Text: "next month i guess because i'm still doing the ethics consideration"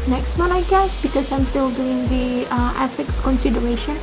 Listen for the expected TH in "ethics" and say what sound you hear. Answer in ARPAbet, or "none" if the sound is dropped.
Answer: F